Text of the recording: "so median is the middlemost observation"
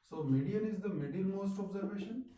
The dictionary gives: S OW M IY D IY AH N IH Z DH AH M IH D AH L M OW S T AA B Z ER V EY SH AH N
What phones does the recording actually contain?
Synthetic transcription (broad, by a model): S OW M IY D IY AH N IH Z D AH M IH D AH N M OW S T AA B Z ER V EY SH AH N